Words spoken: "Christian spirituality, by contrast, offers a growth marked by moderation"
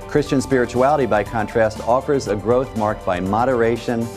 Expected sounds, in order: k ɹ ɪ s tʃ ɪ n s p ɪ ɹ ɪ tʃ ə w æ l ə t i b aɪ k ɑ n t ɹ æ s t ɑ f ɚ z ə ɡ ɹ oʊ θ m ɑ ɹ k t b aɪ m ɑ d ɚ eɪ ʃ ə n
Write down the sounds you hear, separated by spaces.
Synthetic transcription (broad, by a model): k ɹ ɪ s tʃ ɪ n s p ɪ ɹ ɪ tʃ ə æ l ə t i b aɪ k ɑ n t ɹ æ s t ɑ f ɚ z ə ɡ ɹ oʊ θ m ɑ ɹ k t b aɪ m ɑ d ɚ eɪ ʃ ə n